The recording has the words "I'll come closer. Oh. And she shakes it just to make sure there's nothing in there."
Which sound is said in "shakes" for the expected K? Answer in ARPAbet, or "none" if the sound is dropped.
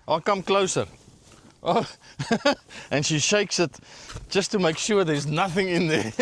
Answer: K